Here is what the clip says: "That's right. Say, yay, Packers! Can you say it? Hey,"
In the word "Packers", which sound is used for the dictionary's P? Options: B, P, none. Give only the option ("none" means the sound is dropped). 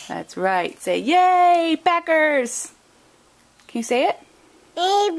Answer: B